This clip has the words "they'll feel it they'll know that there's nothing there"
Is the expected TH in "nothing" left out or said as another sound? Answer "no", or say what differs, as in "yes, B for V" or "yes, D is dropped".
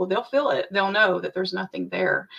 no